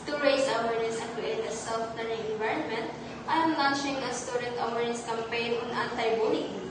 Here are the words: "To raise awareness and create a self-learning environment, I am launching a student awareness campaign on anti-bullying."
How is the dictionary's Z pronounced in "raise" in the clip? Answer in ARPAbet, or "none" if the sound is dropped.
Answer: S